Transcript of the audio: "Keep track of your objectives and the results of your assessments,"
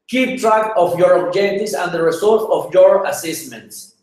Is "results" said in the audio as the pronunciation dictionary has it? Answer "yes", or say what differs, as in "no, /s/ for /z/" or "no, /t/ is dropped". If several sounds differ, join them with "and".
no, /s/ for /z/